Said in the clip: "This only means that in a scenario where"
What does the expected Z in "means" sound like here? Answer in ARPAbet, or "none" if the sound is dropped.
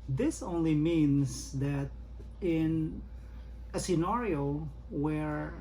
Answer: S